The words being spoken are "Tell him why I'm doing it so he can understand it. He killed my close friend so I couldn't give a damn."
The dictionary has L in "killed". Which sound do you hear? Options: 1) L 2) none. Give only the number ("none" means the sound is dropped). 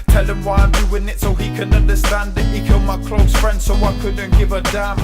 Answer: 1